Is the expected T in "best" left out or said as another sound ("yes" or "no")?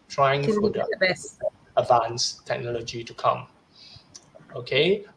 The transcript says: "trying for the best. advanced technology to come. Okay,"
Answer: yes